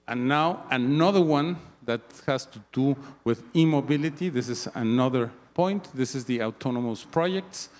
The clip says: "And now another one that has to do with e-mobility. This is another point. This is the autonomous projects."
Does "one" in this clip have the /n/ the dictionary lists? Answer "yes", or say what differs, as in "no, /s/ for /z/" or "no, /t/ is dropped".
yes